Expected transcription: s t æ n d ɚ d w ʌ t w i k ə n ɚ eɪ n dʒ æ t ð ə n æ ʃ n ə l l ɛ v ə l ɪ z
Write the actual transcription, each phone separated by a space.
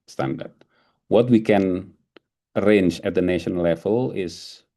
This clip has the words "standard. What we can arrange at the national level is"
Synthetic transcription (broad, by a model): s t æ n d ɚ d w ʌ t w i k ə n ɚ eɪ n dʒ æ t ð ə n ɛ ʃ ə n l ɛ v ə l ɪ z